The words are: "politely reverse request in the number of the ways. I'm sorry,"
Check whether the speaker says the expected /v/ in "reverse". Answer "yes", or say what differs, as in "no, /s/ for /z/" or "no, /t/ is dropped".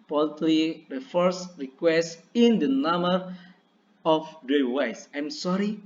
no, /f/ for /v/